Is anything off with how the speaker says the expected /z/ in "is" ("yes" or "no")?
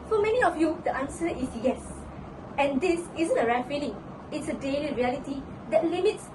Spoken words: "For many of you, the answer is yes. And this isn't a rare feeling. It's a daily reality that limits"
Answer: yes